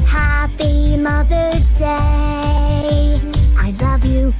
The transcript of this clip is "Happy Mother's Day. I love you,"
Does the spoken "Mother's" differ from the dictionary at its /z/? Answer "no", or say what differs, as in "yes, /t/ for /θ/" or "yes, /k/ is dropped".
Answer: yes, /z/ is dropped